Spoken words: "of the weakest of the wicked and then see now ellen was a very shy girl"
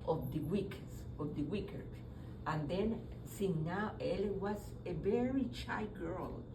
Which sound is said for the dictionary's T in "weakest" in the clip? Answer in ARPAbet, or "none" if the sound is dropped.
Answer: none